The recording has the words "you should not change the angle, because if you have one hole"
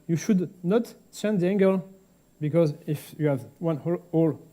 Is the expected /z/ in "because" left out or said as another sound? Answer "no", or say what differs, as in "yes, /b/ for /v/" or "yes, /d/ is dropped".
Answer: no